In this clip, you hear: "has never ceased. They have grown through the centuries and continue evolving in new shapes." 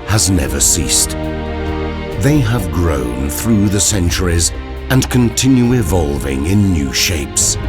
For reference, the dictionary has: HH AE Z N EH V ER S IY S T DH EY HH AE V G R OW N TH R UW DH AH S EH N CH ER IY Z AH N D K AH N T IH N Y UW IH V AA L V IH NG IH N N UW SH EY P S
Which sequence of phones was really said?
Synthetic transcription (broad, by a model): HH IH Z N EH V ER S IY S T DH EY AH V G R OW N TH R UW DH AH S EH N CH ER IY Z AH N K AH N T IH N Y UW IH V AA L V IH NG IH N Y UW SH EY P S